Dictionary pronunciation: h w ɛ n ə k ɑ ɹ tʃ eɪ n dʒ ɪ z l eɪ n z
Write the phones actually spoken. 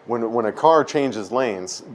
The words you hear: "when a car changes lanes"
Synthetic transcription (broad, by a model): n w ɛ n ə k ɑ ɹ tʃ eɪ n dʒ ɪ z l eɪ n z